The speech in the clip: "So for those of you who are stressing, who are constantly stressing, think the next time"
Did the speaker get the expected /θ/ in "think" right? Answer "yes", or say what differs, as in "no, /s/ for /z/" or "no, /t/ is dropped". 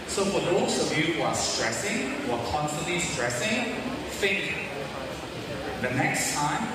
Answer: no, /f/ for /θ/